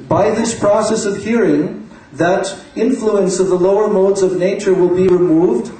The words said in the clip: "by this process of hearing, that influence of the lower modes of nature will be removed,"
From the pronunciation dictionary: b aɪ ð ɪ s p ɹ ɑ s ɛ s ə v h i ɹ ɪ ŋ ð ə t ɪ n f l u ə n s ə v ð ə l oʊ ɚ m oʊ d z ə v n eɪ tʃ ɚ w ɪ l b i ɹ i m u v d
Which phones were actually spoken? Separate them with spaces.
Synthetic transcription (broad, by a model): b aɪ ð ɪ s p ɹ ɑ s ɛ s ə v h i ɹ ɪ ŋ ð ə t ɪ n f l u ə n s ə v ð ə l oʊ ɚ m oʊ d z ə v n eɪ tʃ ɚ w ɪ l b i ɹ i m u v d